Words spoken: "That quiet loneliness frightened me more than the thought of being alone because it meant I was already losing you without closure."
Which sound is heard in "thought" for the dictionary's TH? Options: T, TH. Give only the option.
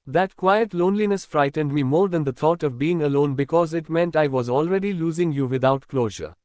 T